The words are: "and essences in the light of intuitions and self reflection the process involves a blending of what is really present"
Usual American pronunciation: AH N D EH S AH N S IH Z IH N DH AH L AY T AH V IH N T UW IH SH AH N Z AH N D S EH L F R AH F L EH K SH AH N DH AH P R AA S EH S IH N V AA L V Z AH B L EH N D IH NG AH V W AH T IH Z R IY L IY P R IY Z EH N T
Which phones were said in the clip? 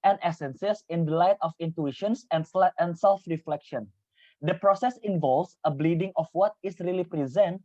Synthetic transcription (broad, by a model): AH N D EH S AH N S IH S IH N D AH L AY T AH F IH N T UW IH SH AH N S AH N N S EH L F R AH F L EH K SH AH N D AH P R AA S EH S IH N V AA L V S AH B L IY D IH NG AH F W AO T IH S R IY L IY P R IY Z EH N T